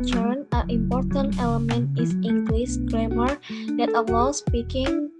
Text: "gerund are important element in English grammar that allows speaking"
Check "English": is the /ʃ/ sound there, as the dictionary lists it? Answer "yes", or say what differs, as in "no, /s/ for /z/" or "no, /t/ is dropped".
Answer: no, /s/ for /ʃ/